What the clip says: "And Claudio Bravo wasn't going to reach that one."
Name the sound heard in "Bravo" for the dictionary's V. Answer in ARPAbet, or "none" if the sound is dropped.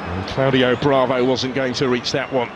V